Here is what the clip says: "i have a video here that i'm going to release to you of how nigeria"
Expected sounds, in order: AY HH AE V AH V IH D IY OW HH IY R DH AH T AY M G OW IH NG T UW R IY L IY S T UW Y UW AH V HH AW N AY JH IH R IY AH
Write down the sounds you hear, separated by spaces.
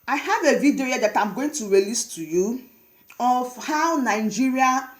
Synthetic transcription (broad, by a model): AY HH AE V AH V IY D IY OW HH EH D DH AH T AY M G OW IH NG T UW R IY L IY S T UW Y UW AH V HH AW N AY JH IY R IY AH